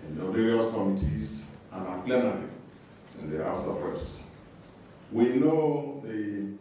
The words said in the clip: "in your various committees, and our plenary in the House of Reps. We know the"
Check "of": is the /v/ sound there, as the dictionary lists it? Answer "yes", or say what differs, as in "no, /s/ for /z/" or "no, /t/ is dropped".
no, /p/ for /v/